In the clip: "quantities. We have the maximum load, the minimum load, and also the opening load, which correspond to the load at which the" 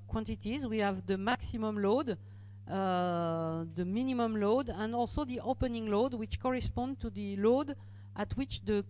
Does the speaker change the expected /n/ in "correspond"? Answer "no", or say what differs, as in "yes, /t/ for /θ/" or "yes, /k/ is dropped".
no